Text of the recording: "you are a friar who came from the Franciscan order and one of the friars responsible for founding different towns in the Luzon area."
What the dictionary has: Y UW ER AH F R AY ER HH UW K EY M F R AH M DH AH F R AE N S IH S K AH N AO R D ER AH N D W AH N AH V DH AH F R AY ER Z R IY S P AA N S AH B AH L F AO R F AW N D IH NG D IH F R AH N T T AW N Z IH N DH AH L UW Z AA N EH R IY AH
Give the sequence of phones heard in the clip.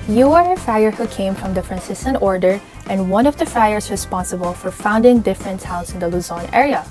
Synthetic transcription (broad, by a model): Y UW ER AH F AY ER HH UW K EY M F R AH M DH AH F R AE N S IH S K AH N AO R D ER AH N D W AH N AH V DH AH F AY ER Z R IY S P AA N S AH B AH L F AO R F AW N D IH NG D IH F R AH N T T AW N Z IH N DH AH L UW Z AA N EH R IY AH